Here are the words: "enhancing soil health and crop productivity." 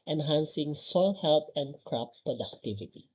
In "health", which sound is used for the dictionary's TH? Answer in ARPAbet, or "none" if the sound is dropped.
T